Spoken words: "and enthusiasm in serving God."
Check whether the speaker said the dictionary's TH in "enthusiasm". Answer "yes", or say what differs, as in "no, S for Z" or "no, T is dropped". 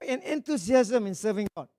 no, T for TH